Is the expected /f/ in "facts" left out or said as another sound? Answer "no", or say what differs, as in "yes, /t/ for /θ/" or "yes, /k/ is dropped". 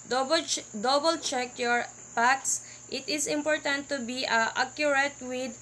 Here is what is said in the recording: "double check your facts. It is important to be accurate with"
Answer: yes, /p/ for /f/